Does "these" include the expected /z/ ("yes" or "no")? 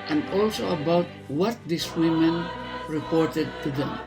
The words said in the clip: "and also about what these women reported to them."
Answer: no